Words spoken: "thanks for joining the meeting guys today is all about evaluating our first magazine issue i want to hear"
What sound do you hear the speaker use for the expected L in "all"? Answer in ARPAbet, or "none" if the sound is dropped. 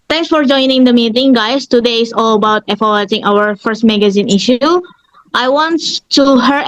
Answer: L